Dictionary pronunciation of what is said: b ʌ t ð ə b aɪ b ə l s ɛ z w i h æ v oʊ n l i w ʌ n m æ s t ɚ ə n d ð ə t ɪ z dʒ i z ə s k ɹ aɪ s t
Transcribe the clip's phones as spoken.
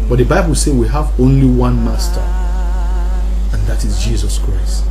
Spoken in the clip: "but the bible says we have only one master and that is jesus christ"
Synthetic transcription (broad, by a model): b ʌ t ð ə b aɪ b ə l s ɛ w i h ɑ v oʊ n l i w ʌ n m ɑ s t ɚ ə n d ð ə t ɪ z dʒ i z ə s k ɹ aɪ s t